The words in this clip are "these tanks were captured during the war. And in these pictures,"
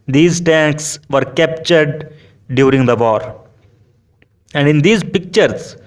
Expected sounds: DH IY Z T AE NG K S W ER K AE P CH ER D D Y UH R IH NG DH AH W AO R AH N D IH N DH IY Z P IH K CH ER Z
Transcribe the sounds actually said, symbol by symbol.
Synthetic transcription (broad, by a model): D IY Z T AE NG K S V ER K AE P CH ER D D Y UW R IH NG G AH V AO R AH N D IH N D IY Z P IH K CH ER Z